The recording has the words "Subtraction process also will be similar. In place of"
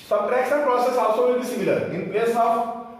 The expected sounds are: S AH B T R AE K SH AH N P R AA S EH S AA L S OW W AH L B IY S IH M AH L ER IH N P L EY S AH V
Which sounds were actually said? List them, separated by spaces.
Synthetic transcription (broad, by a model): S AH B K R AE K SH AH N P R AA S EH S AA S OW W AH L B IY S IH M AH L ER IH N P L EY S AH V